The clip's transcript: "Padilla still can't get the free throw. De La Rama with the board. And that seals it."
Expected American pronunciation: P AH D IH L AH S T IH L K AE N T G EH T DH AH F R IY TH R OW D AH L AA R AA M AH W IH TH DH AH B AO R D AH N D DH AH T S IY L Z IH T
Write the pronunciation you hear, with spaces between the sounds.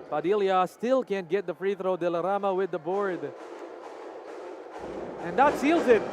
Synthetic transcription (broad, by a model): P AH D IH L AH S T IH L K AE N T G EH T DH AH F R IY TH R OW D AH L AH R AA M AH W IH DH AH B AO R D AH N DH AH T S IY L Z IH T